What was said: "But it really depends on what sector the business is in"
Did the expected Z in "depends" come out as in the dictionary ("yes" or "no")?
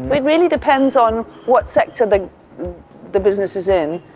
yes